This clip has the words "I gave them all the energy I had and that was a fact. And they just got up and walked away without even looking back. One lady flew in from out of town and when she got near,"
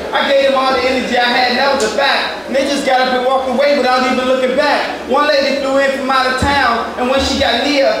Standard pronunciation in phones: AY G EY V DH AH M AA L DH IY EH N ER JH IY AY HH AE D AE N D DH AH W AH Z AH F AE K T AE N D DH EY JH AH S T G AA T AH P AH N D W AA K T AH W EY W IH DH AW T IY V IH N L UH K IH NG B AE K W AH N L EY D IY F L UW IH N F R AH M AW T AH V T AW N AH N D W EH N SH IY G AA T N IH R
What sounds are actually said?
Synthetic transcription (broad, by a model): AY G EY V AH M AA L DH IY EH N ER JH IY AY HH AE D N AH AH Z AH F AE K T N DH EY JH AH S G AA T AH B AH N W AA K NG AH W EY W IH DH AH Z IY V IH N L UH K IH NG B AE K W AH N L EY D IY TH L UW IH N F R AH M AW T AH T AW N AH N W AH N SH IY G AA T N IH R